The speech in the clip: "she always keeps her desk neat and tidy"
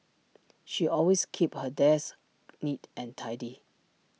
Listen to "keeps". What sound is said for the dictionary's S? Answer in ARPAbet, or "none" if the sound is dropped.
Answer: none